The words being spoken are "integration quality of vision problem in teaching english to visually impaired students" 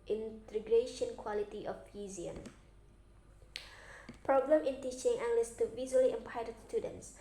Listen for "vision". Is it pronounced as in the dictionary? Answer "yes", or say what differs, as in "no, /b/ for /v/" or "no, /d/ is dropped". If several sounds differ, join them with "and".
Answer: no, /z/ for /ʒ/